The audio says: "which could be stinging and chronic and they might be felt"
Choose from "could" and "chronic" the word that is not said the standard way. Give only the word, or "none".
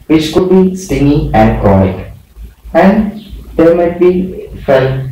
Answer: chronic